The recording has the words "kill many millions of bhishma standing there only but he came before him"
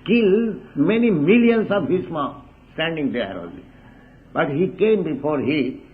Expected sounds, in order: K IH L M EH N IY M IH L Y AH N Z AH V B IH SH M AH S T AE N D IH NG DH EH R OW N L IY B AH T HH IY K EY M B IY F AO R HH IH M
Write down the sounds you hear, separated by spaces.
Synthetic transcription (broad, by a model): K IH L M EH N IY M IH L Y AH N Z AH V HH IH S M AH S T AE N D IH NG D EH R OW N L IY B AH T HH IY K EY M B IY F AO R HH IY